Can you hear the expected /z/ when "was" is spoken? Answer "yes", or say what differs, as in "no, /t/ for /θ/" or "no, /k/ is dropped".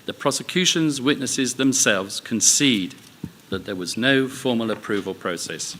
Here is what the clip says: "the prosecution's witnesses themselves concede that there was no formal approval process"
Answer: yes